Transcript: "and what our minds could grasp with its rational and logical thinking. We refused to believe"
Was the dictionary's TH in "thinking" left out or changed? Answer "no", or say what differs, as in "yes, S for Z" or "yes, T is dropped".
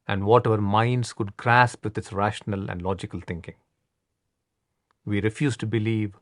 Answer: yes, T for TH